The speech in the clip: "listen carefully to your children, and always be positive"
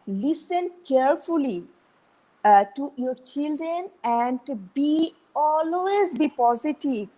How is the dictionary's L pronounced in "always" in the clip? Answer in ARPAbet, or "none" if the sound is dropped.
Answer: L